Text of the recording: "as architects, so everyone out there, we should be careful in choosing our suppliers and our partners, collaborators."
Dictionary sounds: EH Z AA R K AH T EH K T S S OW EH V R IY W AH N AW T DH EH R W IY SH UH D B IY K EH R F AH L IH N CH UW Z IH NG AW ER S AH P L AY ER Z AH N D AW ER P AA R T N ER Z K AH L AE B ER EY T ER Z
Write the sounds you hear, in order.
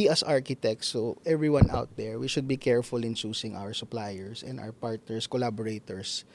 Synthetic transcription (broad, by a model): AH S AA R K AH T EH K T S S OW EH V R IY W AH N AW T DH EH R W IY SH UH D B IY K EH R F AH L IH N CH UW S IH NG AW ER S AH P L AY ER S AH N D AW ER P AA R T N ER S K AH L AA B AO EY T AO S